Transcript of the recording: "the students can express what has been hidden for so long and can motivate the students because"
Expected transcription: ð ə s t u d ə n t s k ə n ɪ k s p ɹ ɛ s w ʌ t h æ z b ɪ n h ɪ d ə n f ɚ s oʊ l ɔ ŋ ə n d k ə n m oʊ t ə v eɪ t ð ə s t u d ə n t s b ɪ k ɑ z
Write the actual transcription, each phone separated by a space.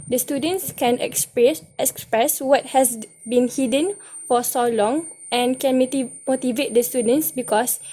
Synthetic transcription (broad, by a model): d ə s t u d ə n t s k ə n ɪ k s p ɹ ɛ s w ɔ t h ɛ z b ɪ n h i d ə n f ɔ s oʊ l ɔ ŋ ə n k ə n m oʊ t ə v eɪ t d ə s t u d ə n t s b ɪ k ɑ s